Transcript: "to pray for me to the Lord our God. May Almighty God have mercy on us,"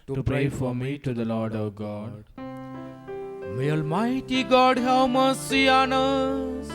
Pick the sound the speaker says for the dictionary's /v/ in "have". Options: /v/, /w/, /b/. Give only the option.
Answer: /w/